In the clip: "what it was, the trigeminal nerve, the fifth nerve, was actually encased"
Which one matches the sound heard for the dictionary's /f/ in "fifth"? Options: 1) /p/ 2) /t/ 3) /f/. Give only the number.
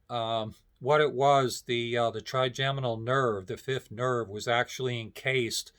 3